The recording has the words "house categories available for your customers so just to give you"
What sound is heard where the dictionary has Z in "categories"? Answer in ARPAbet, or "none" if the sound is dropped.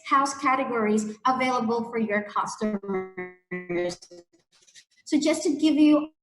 Z